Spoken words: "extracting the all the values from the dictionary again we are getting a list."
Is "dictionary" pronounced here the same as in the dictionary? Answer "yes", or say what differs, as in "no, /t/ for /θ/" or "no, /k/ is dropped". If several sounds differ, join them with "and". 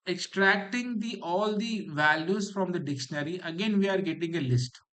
yes